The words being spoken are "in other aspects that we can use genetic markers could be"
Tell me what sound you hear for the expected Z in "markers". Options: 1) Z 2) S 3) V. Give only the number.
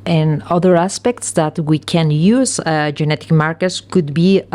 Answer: 2